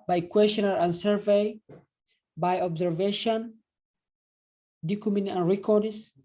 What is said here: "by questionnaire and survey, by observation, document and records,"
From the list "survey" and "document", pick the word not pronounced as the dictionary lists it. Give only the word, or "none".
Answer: document